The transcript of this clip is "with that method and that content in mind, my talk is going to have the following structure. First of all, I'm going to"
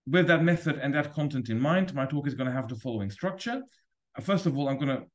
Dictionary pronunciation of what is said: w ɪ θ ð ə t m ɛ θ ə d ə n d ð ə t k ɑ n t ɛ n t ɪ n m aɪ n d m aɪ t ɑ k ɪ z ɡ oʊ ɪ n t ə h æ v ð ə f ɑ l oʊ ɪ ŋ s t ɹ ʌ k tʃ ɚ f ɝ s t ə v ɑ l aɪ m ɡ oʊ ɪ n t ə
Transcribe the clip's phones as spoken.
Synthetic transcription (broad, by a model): w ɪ ð ə t m ɛ θ ə d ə n ð ə t k ɑ n t ɛ n t ɪ n m aɪ n d m aɪ t ɑ k ɪ z ɡ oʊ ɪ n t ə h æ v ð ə f ɑ l oʊ ɪ ŋ s t ɹ ʌ k tʃ ɚ f ɝ s t ə v ɑ l aɪ m ɡ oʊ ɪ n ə